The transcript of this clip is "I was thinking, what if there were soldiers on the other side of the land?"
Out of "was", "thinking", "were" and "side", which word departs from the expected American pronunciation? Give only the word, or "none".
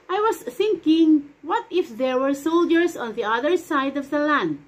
was